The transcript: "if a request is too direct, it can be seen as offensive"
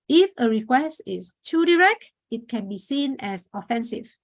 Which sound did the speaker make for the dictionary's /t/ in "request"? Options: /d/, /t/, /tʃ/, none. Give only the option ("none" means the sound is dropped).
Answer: /t/